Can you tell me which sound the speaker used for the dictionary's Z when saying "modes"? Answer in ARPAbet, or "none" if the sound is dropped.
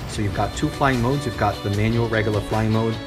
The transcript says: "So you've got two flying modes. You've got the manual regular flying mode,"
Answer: Z